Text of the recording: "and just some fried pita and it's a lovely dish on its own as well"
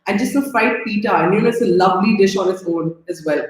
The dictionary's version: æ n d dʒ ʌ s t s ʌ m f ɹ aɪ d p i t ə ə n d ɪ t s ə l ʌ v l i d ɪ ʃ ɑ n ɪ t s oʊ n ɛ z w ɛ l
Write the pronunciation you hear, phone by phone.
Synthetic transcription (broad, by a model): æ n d dʒ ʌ s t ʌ f aɪ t p i t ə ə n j ɪ t s ə l ʌ v l i d ɪ ʃ ɑ n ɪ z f oʊ n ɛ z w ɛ l